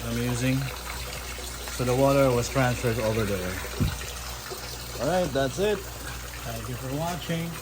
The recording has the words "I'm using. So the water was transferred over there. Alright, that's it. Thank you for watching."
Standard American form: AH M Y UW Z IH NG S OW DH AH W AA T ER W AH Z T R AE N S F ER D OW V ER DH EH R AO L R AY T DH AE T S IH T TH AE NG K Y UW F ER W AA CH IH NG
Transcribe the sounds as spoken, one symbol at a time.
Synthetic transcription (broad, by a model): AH M Y UW Z IH NG S OW DH AH W AA T ER W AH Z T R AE N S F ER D OW V ER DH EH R AO L R AY T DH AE T S IH T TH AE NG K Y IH F ER W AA CH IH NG